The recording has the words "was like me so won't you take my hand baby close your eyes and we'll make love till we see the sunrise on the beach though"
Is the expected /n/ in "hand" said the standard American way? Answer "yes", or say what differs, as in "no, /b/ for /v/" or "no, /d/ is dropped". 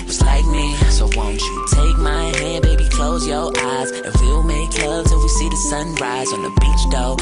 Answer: no, /n/ is dropped